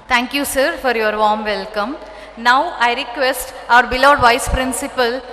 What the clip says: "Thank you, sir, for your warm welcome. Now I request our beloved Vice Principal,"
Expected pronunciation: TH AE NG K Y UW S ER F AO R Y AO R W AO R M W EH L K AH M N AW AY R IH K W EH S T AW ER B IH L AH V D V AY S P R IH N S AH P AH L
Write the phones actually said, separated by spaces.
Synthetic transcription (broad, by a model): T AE NG K Y UW S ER F AO R Y AO R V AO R M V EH L K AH M N AW AY R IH K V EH S T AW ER B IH L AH D V AY S P R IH N S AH P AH L